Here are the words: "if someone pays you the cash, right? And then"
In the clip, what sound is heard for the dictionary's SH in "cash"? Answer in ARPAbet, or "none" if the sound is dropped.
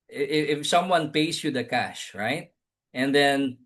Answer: SH